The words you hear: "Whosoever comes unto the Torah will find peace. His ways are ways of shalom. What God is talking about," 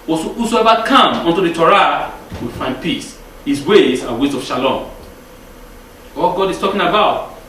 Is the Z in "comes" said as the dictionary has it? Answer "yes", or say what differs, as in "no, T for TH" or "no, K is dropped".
no, Z is dropped